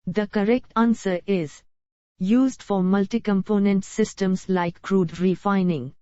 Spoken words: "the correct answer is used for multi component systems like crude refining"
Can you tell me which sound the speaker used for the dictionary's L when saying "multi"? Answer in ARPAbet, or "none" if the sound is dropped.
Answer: L